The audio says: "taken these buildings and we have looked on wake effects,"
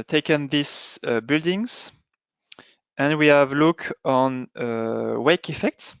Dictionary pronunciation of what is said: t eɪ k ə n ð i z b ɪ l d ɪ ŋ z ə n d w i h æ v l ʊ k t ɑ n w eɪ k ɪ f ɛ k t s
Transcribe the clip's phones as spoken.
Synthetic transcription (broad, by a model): t eɪ k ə n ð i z b ɪ l d ɪ ŋ z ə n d w i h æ v l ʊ k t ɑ n w eɪ k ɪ f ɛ k t s